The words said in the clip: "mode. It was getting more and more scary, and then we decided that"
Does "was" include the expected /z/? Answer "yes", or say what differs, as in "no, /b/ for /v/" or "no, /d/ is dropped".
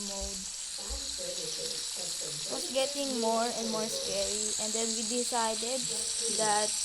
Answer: no, /s/ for /z/